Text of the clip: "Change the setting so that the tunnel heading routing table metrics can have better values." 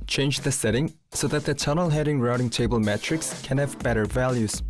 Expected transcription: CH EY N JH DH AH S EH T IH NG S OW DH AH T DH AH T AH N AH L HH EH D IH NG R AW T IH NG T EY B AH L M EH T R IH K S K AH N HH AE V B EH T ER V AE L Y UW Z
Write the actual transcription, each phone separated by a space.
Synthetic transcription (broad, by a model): CH EY N JH DH AH S EH T IH NG S OW DH AH T DH AH T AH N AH L HH EH D IH NG R AW T IH NG T EY B AH L M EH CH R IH K S K AH N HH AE V B EH T ER V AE L Y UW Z